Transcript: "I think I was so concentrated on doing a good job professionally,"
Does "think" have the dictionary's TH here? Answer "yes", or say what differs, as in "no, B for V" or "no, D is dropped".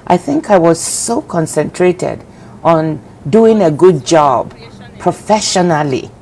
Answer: yes